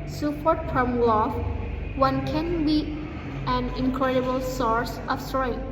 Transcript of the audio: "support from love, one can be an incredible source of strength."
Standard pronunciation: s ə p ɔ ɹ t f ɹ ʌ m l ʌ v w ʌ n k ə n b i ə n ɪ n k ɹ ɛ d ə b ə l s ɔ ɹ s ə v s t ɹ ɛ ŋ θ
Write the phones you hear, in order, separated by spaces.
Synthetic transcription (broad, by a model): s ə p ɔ ɹ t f ɹ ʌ m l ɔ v w ʌ n k ə n b i ə n ɪ n k ɹ ɛ d ə b ə l s ɔ ɹ s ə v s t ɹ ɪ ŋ